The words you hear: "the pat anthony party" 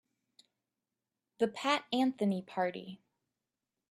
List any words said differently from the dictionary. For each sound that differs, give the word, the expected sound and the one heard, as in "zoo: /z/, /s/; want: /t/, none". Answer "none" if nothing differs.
none